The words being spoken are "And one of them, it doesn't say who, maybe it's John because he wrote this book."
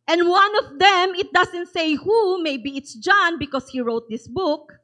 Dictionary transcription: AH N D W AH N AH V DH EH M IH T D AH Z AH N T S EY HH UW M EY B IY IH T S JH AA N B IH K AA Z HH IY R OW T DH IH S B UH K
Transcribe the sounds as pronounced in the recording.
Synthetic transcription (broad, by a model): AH N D W AH N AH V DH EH M IH T D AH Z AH N T S EY HH UW M EY B IY IH T S JH AA N B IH K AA S HH IY R OW T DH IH S B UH K